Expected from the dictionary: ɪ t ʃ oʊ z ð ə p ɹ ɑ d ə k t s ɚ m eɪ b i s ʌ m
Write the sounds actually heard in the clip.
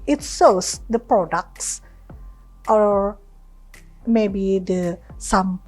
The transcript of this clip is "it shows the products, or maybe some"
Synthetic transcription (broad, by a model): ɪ t s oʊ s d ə p ɹ ɑ d ə k t s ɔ m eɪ b i s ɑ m